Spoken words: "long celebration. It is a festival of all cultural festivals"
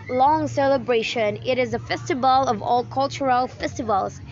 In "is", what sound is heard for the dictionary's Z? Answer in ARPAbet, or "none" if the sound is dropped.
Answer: Z